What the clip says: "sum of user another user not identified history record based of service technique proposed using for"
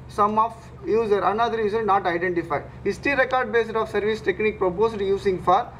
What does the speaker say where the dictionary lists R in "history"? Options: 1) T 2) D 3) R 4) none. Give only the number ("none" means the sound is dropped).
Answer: 4